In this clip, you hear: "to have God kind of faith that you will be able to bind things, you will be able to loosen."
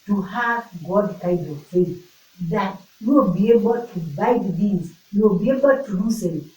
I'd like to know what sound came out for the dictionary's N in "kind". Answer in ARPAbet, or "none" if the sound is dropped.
none